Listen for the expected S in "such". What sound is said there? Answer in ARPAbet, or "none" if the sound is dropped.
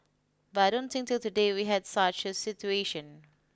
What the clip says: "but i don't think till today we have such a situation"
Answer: S